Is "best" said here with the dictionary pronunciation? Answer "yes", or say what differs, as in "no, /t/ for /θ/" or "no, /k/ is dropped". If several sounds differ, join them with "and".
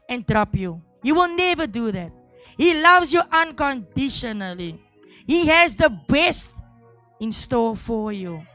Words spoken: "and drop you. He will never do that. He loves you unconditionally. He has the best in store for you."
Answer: yes